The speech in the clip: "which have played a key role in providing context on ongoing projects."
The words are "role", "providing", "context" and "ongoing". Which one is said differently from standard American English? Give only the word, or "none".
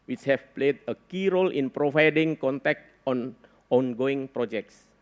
context